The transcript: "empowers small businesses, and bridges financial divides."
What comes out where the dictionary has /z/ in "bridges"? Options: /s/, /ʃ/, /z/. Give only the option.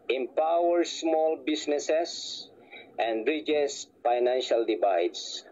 /s/